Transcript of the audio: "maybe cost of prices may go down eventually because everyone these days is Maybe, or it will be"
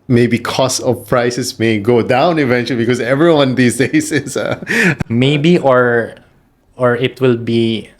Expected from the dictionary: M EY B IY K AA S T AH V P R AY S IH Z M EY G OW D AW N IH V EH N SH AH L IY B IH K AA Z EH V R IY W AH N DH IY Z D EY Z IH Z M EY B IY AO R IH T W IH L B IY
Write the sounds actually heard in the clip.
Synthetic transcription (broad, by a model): M EY B IY K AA S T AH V P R AY S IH S M EY G OW D AW N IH V EH N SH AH L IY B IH K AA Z EH V R IY W AH N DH IY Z D EY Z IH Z M EY B IY AO R IH T W IH L B IY